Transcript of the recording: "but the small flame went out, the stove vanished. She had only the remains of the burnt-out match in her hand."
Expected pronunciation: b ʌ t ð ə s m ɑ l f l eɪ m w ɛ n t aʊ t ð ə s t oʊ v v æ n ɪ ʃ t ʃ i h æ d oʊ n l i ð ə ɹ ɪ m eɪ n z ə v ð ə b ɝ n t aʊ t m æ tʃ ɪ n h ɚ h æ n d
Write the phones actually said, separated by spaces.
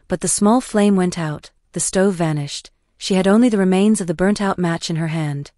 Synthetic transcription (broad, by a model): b ʌ t ð ə s m ɑ l f l eɪ m w ɛ n t aʊ t ð ə s t oʊ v v æ n ɪ ʃ t ʃ i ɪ d oʊ n l i ð ə ɹ ɪ m eɪ n z ə v ð ə b ɝ n t aʊ t m æ tʃ ɪ n ɚ h æ n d